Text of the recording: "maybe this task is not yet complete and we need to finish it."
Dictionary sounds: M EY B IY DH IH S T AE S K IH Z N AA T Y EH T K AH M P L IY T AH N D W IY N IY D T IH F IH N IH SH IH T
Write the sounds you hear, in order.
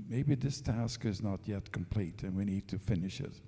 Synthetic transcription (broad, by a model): M EY B IY DH IH S T AE S K IH Z N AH T Y EH T K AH M P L IY T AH N W IY N IY D T IH F IH N IH SH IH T